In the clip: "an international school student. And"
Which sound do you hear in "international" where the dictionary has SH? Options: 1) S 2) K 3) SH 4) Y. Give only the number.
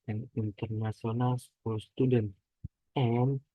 1